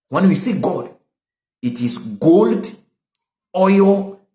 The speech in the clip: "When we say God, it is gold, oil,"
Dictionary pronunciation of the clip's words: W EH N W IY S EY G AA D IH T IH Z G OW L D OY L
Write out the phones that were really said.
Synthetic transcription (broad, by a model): W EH N W IY S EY G AA D IH T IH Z G OW L D OY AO